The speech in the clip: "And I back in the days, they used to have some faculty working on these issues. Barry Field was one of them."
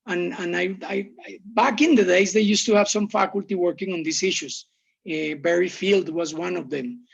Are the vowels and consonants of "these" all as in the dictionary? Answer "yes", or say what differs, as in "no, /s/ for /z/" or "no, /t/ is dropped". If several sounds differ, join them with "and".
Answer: no, /s/ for /z/